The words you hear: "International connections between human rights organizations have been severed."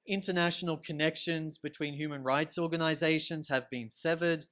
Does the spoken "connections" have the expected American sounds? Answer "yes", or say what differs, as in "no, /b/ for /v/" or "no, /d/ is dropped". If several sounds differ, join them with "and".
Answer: yes